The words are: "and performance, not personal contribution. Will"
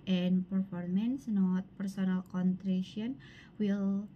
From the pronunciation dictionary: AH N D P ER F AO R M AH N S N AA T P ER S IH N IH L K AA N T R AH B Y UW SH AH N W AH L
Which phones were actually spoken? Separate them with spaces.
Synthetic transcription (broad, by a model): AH N P ER F AO R M AH N S N AA T P ER S IH N IH L K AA N T R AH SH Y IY AH N W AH L